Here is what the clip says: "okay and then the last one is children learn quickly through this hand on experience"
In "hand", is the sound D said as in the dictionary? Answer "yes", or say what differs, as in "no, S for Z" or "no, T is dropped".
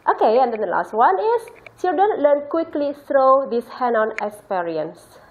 no, D is dropped